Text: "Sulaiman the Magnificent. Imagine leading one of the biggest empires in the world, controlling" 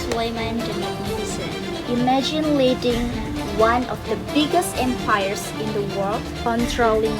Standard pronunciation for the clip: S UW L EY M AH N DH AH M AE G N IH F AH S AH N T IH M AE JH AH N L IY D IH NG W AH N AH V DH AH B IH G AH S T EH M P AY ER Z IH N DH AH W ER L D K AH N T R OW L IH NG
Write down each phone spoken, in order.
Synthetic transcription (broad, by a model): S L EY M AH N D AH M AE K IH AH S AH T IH M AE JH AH N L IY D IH NG W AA N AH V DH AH B IH G AH S T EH M P AY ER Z IH N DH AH W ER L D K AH N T R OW L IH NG